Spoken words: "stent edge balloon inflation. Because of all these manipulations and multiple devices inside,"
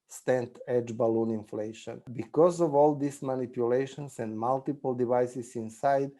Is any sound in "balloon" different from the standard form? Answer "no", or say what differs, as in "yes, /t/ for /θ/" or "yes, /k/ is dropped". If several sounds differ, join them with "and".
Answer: no